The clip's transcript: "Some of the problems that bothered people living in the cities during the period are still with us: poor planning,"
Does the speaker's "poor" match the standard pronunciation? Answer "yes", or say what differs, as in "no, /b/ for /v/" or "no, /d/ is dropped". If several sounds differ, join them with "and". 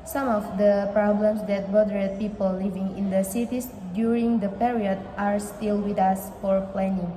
no, /f/ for /p/